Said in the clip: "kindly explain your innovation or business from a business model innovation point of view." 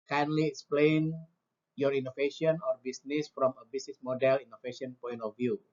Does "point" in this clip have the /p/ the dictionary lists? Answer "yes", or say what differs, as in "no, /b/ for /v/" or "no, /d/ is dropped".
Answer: yes